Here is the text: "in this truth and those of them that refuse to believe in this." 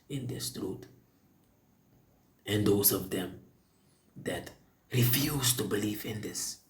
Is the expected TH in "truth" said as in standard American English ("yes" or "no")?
no